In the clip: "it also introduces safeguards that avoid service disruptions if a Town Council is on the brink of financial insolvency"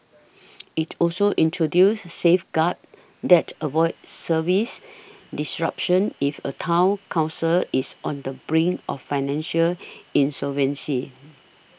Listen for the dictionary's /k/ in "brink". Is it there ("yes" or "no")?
no